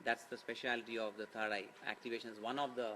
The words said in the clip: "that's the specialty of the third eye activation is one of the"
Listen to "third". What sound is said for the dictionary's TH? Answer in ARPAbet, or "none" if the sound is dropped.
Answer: T